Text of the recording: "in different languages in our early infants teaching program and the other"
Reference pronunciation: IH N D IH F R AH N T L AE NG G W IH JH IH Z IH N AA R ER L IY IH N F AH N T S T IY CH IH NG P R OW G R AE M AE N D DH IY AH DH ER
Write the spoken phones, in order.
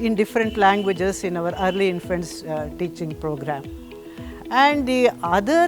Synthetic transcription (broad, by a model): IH N D IH F R AH N T L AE NG G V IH JH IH S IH N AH R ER L IY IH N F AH N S T IY CH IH NG P R OW G R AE M AE N D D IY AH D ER